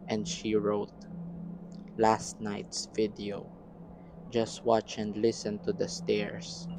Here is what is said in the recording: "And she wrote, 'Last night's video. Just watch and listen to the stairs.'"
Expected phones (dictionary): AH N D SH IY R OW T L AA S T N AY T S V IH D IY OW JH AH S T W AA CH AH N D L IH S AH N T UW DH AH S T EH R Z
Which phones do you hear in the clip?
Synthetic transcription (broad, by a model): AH N D SH IY R OW T L AA S T N AY T S V IH D IY OW JH AH S T W AA CH AH N D L IH S AH N T UW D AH S T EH R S